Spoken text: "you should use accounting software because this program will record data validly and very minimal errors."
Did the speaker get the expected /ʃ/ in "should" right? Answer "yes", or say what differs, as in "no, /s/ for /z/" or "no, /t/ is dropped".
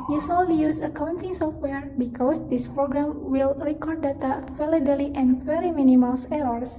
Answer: no, /s/ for /ʃ/